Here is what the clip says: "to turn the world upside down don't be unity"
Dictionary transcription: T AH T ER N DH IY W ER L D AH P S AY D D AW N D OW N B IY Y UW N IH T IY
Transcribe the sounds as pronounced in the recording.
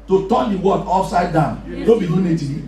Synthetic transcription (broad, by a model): T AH T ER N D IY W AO D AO F S AY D D AW N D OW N B IY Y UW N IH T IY